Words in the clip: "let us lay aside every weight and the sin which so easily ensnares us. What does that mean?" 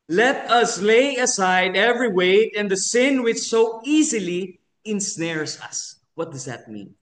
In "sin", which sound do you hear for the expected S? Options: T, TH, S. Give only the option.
S